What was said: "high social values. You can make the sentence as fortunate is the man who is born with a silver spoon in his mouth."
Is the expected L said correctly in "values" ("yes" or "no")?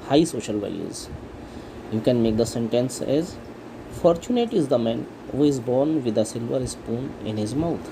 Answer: no